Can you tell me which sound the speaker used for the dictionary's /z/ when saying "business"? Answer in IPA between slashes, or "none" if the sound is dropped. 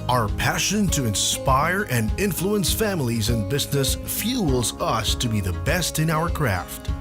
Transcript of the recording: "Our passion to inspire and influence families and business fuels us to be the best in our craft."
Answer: /z/